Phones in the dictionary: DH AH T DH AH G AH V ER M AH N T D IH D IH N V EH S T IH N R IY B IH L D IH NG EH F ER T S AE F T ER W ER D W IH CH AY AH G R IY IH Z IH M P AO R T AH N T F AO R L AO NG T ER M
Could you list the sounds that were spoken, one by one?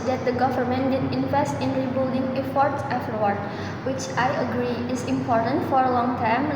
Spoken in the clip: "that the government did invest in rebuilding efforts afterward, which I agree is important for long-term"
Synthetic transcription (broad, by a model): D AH T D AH G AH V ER M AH N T D IH D IH N V EH S T IH N R IY B IH L D IH NG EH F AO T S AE F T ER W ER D W IH CH AY AH G R IY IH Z IH M P AO R T AH N T F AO R L AO NG T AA M